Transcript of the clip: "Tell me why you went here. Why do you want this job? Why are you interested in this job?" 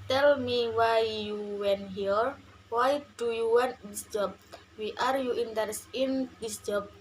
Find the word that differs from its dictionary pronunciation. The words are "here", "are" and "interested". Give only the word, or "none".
interested